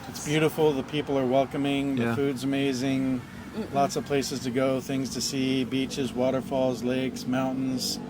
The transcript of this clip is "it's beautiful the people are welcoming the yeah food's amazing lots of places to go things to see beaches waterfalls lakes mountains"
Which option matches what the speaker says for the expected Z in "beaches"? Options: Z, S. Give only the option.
Z